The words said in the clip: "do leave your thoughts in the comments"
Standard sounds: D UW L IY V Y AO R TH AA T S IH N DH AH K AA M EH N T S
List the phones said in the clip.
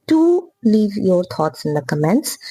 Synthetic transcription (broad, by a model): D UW L IY V Y AO R T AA T S IH N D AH K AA M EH N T S